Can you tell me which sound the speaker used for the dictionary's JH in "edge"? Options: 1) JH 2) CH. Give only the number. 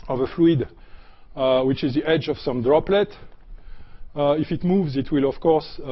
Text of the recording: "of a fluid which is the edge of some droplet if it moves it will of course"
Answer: 1